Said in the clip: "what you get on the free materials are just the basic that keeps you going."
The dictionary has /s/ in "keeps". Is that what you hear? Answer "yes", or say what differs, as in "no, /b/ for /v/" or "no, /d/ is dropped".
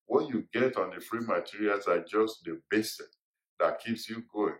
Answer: yes